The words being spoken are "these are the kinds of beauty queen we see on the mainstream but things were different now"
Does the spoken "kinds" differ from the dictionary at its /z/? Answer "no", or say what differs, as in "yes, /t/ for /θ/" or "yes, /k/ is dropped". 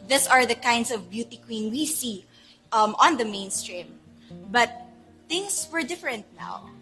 yes, /s/ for /z/